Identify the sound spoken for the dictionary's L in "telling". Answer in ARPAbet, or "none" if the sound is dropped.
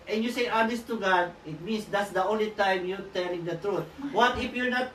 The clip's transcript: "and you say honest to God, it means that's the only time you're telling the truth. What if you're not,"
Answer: L